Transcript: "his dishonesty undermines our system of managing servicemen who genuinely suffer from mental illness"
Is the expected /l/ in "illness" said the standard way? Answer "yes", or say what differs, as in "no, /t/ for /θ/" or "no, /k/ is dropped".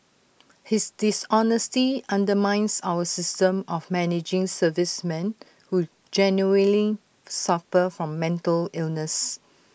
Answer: yes